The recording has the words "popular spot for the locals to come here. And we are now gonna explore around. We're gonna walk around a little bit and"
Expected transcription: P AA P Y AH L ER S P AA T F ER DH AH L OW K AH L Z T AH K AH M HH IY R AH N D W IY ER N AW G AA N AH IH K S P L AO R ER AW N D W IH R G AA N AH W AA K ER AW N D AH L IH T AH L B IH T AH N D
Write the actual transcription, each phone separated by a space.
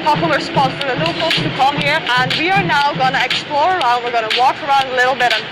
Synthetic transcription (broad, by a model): P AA P Y L ER S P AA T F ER DH AH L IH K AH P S T AH K AH M HH IY R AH N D W IY ER N AW G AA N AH IH K S P L AO R ER AW N D W IH R G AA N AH W AA K ER AW N D AH L IH T L B IH T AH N